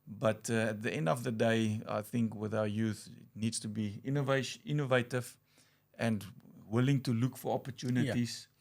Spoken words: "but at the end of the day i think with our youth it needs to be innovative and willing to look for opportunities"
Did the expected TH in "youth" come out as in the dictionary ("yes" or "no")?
yes